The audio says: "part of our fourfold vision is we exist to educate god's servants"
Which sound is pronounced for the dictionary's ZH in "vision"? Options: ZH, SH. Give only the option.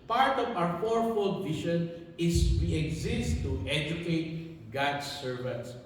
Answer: SH